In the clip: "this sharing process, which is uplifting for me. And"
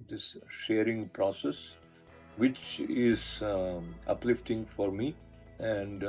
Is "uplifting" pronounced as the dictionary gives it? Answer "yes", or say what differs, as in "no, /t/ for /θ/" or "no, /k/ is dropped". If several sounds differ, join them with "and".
yes